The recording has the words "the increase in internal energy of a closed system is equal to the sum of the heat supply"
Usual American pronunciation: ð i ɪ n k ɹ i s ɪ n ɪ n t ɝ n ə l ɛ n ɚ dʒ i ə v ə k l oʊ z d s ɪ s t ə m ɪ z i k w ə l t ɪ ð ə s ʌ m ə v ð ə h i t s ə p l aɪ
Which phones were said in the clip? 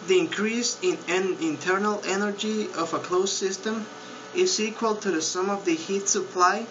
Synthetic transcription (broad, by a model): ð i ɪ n k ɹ i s ɪ n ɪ n t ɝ n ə l ɛ n ɚ dʒ i ə v ə k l oʊ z s ɪ s t ə m ɪ z i k w ə l t ɪ ð ə s ʌ m ə v ð ə h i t s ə p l aɪ